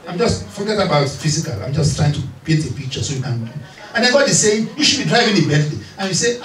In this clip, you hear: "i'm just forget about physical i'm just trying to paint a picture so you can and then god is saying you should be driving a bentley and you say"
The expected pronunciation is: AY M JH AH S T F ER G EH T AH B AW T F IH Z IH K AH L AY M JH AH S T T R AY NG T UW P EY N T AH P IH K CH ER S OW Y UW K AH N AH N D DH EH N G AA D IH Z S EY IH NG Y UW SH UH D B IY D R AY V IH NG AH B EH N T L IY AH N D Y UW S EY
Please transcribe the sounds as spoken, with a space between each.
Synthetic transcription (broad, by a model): AY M JH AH S T F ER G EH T AH B AW T F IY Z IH K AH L AY M JH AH S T T R AY NG T UW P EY L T AH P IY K CH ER S OW Y UW K AH N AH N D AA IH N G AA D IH S EY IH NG Y UW SH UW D B IY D R AY V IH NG AH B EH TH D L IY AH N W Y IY S EY